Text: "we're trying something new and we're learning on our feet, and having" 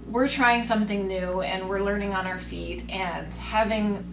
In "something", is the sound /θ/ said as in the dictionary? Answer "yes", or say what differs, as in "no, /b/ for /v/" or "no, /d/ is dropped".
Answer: yes